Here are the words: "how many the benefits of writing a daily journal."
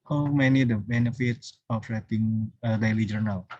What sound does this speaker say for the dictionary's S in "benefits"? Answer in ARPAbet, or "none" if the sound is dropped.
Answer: S